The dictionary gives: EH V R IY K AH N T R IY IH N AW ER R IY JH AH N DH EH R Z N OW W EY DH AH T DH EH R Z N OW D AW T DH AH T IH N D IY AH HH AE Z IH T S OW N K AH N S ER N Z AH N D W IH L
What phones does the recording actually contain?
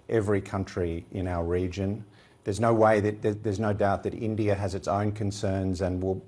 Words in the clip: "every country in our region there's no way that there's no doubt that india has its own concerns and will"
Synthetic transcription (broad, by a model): EH V R IY K AH N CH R IY IH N AW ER R IY JH AH N DH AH R Z N OW W EY DH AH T DH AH R Z N OW D AW T DH AH T IH N D IY AH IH Z IH T S OW N K AH N S ER N Z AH N W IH L